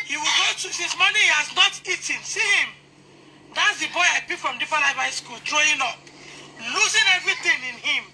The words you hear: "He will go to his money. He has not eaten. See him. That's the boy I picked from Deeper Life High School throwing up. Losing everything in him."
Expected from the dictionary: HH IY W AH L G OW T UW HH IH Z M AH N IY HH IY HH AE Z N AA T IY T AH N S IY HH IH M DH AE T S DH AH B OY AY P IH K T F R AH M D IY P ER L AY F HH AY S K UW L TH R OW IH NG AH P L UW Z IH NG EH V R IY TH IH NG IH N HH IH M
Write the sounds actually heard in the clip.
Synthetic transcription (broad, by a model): HH IY W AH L G OW T UW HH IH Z M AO N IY HH IY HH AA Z N AA T IY T AH N S IY HH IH M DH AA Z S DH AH B OY AY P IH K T F R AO M D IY F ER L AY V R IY S K UW L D R OW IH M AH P L UW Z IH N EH V R IY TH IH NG IH N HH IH M